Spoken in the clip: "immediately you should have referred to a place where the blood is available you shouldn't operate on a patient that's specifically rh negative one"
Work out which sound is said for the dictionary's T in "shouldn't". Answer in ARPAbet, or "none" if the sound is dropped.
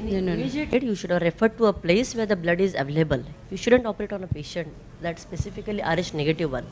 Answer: T